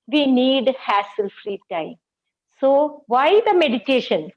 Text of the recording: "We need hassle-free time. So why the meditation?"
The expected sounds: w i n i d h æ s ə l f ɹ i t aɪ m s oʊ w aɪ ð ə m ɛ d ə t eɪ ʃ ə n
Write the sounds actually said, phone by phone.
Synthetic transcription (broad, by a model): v i n i d h æ s ə l f ɹ i t aɪ m s oʊ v aɪ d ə m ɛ d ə t eɪ ʃ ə n